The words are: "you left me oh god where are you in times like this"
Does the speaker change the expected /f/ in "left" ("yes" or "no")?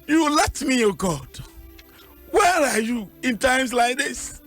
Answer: yes